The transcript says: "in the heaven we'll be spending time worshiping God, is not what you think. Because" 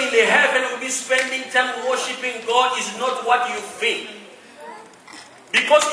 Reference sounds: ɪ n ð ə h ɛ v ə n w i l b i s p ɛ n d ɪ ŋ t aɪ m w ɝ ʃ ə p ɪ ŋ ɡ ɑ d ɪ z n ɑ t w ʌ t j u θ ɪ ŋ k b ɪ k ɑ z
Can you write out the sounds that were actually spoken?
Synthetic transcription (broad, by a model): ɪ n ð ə h ɛ v ə n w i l b i s p ɛ n d ɪ ŋ t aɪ m w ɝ ʃ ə p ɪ ŋ ɡ ɑ d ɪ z n ɑ t w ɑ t j u f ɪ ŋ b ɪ k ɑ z